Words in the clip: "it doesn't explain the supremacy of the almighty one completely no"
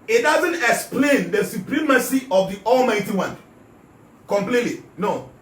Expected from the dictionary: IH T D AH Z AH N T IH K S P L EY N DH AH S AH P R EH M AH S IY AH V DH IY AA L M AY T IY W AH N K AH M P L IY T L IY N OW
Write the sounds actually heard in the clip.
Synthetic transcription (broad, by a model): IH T D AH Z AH N T IH K S P L EY N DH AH S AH P R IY M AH S IY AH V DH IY AA L M AY T IY W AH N K AH M P L IY T L IY N OW